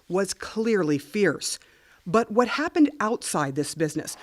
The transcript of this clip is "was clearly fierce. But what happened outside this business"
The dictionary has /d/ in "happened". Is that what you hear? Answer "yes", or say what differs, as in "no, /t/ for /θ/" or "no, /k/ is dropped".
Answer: yes